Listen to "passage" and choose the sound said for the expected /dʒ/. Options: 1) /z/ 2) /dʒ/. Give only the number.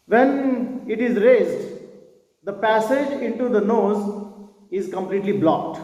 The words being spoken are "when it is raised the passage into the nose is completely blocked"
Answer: 2